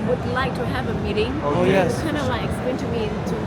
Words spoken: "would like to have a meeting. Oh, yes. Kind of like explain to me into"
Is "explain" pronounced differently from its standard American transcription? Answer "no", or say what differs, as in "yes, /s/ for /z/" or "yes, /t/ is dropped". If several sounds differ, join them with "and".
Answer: yes, /l/ is dropped